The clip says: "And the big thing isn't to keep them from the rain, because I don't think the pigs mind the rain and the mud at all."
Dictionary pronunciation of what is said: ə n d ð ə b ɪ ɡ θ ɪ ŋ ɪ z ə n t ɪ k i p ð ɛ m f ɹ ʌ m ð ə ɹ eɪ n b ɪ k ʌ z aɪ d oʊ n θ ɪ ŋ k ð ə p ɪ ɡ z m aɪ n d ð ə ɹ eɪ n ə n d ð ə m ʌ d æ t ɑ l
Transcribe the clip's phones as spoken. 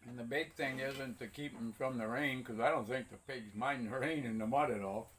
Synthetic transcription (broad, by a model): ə n ð ə b ɪ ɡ θ ɪ ŋ ɪ z ə n t ɪ k i p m f ɹ ʌ m ð ə ɹ eɪ n k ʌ z aɪ d oʊ n θ ɪ ŋ k ð ə p ɪ ɡ z m aɪ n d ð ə ɹ eɪ n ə n ð ə m ʌ d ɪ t ɑ l